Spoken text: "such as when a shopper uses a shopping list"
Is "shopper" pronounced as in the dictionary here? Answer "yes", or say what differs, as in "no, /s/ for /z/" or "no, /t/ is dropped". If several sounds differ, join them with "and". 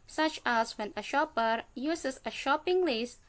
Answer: yes